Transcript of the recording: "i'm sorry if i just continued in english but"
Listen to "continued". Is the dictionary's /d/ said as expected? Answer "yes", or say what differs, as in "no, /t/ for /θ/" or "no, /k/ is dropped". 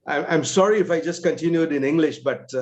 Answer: yes